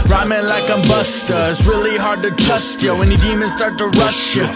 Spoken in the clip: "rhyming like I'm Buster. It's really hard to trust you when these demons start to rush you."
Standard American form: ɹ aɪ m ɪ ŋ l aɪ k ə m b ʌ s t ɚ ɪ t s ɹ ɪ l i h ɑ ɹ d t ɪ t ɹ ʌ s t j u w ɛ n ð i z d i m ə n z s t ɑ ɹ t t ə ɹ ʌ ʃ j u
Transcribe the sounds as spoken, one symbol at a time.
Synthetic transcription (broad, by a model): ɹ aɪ m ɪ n l aɪ k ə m b ʌ s t ɚ ɪ t s ɹ ɪ l i h ɑ ɹ d t ɪ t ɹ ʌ s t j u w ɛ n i d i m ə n s t ɑ ɹ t t ə ɹ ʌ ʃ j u